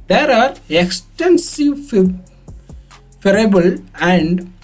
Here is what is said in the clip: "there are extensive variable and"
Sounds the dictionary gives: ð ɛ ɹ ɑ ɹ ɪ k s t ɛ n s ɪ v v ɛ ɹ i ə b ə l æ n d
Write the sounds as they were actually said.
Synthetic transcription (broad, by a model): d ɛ ɹ ɑ ɹ ɪ k s t ɛ n s ɪ v f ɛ ɹ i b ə l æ n d